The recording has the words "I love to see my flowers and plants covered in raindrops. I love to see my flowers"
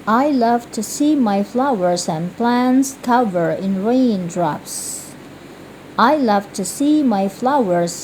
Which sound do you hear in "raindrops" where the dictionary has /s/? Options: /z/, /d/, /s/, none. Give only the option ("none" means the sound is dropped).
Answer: /s/